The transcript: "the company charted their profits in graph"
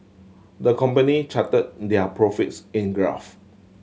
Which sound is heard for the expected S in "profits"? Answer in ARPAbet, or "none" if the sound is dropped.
S